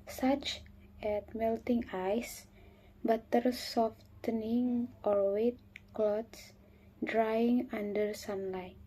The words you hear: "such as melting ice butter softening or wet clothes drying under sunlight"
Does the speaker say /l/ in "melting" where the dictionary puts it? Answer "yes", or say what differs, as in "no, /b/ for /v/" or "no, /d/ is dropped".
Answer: yes